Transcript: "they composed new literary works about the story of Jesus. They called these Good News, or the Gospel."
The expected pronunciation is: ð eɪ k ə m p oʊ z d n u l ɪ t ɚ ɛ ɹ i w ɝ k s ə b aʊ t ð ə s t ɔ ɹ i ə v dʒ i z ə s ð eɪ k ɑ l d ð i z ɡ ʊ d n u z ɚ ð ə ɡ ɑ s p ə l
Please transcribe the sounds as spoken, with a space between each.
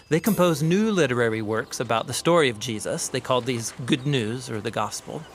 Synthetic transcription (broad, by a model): ð eɪ k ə m p oʊ z n u l ɪ t ɚ ɛ ɹ i w ɝ k s ə b aʊ t ð ə s t ɔ ɹ i ə v dʒ i z ə s ð eɪ k ɑ l d ð i z ɡ ʊ d n u z ɚ ð ə ɡ ɑ s p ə l